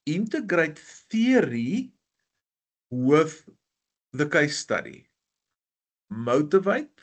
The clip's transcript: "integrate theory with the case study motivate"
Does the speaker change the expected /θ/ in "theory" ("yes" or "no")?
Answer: no